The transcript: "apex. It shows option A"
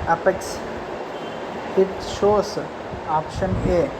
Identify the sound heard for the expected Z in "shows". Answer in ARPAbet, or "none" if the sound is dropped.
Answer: S